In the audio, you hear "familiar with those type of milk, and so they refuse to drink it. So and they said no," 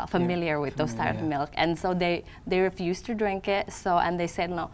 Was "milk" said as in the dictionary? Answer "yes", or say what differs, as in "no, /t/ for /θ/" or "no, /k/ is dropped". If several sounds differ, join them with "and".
yes